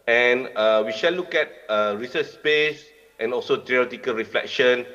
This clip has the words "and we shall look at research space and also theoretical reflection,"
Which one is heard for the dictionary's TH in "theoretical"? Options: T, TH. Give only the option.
T